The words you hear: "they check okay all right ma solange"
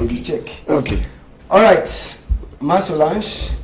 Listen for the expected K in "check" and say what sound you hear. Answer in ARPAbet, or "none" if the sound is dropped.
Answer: K